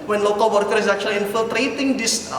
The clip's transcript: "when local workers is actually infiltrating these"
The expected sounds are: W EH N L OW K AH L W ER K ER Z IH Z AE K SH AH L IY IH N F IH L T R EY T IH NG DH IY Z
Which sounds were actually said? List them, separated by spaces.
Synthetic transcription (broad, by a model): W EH N L OW K AH L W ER K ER IH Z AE K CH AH L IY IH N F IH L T R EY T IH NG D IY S